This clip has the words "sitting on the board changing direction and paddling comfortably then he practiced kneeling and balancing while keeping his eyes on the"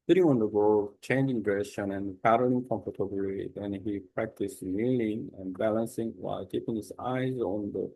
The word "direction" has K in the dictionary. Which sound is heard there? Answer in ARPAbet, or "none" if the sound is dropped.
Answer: none